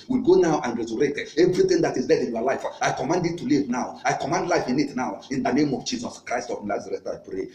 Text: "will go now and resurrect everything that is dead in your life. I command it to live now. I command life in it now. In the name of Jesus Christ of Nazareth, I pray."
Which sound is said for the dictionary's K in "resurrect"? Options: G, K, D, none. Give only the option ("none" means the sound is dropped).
none